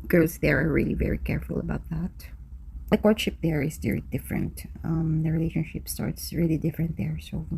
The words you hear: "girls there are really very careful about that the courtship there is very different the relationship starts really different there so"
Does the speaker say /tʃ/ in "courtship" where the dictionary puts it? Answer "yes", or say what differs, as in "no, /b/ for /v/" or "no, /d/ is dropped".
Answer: no, /ʃ/ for /tʃ/